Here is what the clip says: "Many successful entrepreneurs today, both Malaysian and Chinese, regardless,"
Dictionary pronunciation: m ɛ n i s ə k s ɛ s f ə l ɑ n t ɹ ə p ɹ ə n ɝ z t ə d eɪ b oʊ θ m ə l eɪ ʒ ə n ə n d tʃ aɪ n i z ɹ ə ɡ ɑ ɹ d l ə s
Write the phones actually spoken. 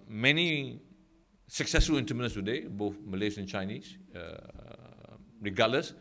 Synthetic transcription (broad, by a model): m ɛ n i s ə k s ɛ s f ə l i n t ə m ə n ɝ s t ə d eɪ b oʊ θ m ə l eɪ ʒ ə ə n tʃ aɪ n i s ɹ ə ɡ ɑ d l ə s